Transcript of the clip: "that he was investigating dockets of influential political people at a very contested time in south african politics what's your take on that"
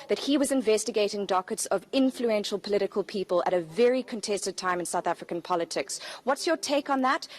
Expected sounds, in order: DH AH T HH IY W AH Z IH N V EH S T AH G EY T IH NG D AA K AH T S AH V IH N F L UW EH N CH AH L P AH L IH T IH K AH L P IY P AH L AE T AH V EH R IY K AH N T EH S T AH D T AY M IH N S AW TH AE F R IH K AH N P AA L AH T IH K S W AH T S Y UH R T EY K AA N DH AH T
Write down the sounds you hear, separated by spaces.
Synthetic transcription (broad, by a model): DH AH T HH IY W AH Z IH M V EH S T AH G EY T IH NG D AA K AH T S AH V IH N F L UW EH N SH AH L P AH L IH T IH K AH L P IY P AH L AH T AH V EH R IY K AH N T EH S T AH D T AY M IH N S AW TH AE F R IH K AH N P AA L AH T IH K S W AH T S Y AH R T EY K N DH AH T